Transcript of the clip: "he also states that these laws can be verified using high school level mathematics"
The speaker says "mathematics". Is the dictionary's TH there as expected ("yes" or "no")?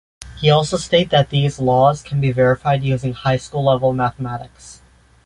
yes